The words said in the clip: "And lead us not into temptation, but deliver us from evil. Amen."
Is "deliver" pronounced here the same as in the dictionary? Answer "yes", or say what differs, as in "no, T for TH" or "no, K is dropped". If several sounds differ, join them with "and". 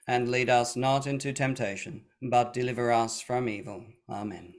yes